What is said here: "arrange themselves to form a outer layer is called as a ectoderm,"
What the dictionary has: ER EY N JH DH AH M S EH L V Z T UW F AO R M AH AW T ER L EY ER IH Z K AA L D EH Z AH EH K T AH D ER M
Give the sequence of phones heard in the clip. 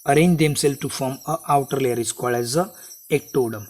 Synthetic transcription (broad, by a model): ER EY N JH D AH M S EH L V T UW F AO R M AH AW T ER L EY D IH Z K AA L EH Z AH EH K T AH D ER M